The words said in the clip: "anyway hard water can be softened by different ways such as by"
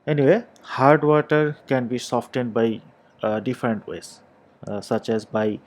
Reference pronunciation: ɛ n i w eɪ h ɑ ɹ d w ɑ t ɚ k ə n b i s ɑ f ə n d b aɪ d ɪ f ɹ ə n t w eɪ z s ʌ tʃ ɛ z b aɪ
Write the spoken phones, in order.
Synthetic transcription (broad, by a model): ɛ n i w eɪ h ɑ ɹ d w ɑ t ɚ k ə n b i s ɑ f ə n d b aɪ d ɪ f ɹ ə n t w eɪ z s ʌ tʃ ɛ z b aɪ